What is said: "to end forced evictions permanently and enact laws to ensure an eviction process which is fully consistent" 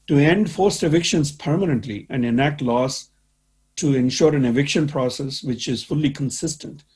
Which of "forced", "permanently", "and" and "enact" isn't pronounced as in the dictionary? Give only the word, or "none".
none